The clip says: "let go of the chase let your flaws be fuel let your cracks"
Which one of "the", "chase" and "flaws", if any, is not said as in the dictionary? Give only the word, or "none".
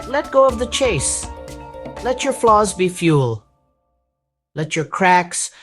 none